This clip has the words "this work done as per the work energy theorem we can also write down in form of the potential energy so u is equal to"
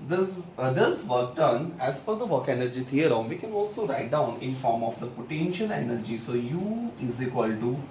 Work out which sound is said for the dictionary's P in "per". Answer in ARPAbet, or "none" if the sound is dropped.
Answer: F